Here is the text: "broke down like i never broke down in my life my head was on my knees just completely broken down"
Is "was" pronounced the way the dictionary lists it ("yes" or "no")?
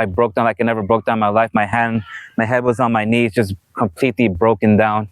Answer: yes